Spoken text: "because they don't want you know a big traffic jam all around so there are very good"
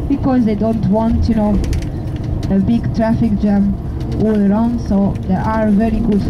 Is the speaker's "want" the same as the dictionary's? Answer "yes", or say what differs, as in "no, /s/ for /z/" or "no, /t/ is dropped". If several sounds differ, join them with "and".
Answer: yes